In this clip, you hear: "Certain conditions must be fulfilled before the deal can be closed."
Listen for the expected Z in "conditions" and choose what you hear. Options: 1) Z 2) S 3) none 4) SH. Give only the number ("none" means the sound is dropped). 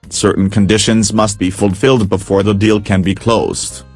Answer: 1